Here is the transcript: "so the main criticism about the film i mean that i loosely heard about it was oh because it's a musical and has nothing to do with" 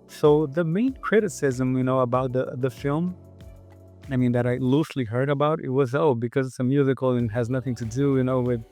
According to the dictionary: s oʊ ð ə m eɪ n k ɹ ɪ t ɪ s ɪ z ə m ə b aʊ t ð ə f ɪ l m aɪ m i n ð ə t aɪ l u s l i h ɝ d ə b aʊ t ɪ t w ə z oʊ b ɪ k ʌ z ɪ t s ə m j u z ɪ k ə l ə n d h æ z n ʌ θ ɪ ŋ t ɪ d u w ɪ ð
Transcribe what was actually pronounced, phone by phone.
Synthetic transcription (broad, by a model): s oʊ ð ə m eɪ n k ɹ ɪ t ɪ s ɪ z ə m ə b aʊ t ð ə f ɪ l m aɪ m i n ð ə t aɪ l u s l i h ɝ d ə b aʊ t ɪ t w ə z oʊ b ɪ k ʌ z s ə m j u z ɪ k l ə n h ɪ z n ʌ θ ɪ ŋ t ɪ d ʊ w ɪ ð